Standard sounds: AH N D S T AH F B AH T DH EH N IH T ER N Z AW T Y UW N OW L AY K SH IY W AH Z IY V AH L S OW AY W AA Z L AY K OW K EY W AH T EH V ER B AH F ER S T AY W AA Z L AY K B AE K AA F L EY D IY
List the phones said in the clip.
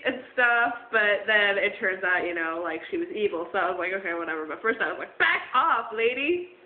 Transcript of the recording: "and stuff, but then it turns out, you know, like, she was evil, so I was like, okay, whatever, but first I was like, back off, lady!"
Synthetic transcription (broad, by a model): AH N S T AH F B AH T DH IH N IH T ER N Z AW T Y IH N OW L AY K SH IY W AH Z IY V L S OW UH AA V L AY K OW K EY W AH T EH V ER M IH F ER S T AY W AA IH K B AE K AA F L EY D IY